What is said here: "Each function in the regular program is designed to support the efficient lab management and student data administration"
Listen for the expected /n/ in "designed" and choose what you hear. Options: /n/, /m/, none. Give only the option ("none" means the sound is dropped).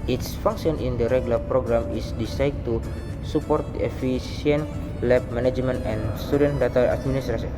none